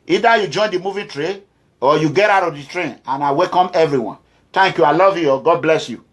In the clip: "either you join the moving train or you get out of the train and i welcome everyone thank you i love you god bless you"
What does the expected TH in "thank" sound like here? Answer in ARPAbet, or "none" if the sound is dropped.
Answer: T